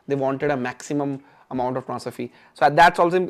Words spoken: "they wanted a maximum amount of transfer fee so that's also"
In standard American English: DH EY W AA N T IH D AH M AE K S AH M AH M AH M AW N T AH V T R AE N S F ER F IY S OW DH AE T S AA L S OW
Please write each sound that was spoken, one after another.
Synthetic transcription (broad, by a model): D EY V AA N T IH D AH M AE K S AH M AH M AH M AW N T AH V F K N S ER F IY S OW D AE T S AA L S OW